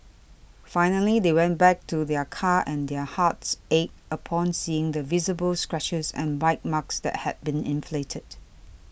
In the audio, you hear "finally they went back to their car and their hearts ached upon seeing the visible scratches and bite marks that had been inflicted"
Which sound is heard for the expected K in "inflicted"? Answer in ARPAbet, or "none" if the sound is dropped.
none